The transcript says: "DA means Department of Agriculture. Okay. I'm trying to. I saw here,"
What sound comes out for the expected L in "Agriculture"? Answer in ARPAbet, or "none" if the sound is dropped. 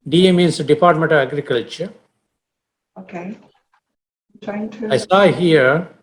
L